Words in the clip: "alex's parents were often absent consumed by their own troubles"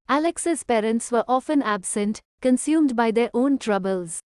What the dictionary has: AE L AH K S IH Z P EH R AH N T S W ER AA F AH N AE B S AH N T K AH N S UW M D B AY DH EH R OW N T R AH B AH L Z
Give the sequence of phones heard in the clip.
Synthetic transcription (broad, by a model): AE L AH K S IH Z P EH R AH N T S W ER AA F AH N AE B S AH N T K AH N S UW M D B AY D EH R OW N T R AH B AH L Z